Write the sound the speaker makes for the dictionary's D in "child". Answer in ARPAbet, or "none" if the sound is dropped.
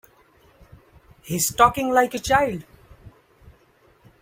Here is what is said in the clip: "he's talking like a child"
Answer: none